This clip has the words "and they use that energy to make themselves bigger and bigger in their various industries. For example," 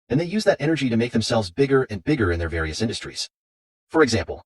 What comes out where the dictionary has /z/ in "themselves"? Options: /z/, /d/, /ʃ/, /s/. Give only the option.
/z/